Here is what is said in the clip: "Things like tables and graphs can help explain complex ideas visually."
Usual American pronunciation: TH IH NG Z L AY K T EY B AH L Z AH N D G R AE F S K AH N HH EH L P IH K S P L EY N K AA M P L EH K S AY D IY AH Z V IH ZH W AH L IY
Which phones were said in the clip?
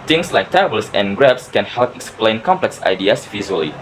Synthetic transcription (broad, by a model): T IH NG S L AY K T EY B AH L S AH N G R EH P S K AH N HH EH L P IH K S P L EY N K AA M P L EH K S AY D IY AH S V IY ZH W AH L IY